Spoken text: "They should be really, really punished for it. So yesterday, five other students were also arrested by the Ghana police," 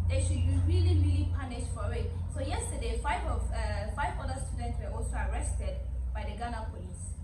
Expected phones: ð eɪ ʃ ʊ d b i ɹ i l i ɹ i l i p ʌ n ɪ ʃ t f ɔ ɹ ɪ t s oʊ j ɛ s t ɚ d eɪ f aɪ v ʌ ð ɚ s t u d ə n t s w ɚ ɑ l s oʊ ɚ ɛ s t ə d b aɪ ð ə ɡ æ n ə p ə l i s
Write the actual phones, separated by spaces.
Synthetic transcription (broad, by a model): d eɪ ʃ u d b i ɹ i l i ɹ i l i p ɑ n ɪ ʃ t f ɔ w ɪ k s oʊ j ɛ s t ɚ d eɪ f aɪ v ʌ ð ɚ s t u d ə n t s w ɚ ɑ l s oʊ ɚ ɛ s t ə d b aɪ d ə ɡ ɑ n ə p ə l i s